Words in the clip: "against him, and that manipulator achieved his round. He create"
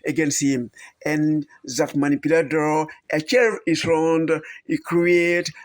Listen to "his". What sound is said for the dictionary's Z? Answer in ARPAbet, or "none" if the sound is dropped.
S